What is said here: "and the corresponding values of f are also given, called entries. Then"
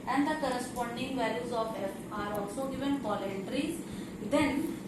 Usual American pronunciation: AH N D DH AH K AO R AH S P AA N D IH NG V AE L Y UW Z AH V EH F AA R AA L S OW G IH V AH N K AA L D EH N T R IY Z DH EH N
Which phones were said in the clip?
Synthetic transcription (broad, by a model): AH N D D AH K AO R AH S P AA N D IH NG V AE L Y UW Z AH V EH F AA R AA L S OW G IH V AH N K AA L EH N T R IY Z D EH N